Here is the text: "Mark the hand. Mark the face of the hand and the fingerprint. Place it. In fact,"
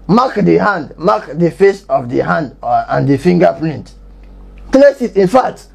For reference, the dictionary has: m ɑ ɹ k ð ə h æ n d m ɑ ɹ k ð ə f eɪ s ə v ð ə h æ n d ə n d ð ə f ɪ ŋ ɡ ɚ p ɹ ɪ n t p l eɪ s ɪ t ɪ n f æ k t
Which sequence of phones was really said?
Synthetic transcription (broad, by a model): m ɑ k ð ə h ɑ n d m ɑ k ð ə f eɪ s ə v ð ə h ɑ n d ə n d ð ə f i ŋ ɡ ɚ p l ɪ n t p l eɪ s ɪ t ɪ n f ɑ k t